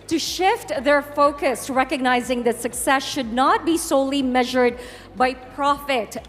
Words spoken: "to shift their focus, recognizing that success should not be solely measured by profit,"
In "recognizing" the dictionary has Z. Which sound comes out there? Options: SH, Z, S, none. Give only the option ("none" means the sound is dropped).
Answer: Z